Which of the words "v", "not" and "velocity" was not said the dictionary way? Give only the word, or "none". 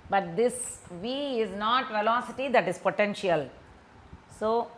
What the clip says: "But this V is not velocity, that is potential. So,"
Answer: none